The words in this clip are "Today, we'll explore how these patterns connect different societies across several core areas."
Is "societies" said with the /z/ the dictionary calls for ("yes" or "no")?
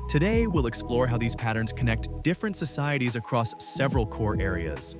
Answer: yes